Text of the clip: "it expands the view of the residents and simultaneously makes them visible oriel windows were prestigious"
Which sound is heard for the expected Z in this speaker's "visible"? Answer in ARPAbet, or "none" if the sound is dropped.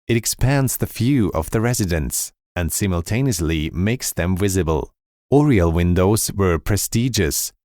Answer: Z